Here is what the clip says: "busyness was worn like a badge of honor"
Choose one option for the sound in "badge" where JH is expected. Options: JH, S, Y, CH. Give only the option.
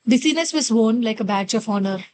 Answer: CH